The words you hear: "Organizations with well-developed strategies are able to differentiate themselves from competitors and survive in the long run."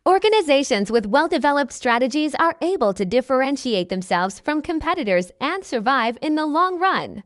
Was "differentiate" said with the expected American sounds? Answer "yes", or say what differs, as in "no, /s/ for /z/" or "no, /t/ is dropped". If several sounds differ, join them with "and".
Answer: yes